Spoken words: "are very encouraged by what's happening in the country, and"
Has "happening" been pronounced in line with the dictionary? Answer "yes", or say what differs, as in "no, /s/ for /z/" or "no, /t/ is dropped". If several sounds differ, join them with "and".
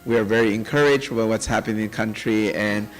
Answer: no, /n/ is dropped